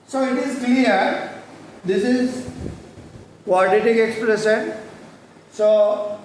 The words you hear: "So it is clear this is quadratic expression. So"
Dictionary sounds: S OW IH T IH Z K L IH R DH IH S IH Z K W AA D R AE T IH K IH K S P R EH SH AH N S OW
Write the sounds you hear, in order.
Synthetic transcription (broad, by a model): S OW IH T IH Z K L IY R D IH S IH Z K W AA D IH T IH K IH K S P R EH S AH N S OW